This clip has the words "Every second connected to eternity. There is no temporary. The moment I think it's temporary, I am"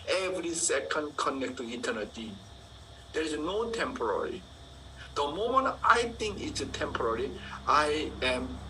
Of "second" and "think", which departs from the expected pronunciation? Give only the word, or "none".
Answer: think